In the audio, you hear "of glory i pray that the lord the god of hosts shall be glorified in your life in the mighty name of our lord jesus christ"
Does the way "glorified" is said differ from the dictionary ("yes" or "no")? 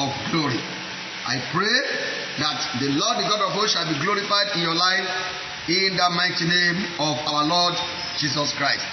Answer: no